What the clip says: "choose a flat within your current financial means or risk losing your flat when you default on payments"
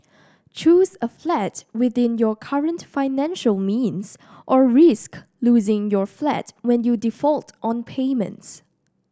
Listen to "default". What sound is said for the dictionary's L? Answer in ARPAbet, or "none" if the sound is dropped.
L